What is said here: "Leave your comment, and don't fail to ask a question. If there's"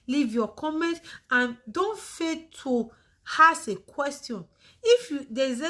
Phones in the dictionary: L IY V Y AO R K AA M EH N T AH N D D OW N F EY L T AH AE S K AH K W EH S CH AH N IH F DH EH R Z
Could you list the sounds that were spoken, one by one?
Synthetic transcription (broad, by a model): L IY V Y AO K AA M EH N T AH N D D OW N F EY T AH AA S AH K W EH S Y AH N IH F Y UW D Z